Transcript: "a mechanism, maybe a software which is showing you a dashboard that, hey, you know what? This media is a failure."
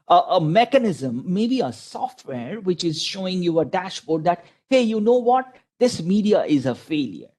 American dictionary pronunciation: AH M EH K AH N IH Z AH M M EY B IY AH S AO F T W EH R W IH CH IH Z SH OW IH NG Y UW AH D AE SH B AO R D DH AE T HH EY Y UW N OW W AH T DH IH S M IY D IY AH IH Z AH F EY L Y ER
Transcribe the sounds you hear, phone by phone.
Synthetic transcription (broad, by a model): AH M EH K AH N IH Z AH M M EY B IY AH S AO F T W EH R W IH CH IH Z SH OW IH NG Y UW AH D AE SH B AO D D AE T HH EY Y UW N OW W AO T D IH S M IY D IY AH IH Z AH F EY L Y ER